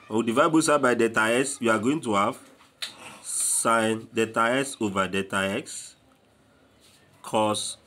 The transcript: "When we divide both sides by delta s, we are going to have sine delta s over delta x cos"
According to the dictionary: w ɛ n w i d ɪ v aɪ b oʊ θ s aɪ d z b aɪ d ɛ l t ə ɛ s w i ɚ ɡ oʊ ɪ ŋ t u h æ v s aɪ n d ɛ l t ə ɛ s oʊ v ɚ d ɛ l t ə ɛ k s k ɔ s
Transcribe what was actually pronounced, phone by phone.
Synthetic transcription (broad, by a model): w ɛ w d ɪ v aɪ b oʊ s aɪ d b aɪ d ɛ t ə ɛ s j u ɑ ɡ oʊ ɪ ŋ t u h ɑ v s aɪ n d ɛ t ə ɛ s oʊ v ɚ d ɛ t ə ɛ k s k ɔ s